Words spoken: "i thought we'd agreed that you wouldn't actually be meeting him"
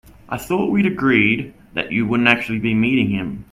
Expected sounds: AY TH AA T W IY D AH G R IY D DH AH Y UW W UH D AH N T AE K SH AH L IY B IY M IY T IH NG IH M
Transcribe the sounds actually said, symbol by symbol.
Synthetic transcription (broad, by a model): AY TH AA T W IY D AH G R IY D DH AH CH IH W UH D N T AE K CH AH L IY B IY M IY T IH NG IH M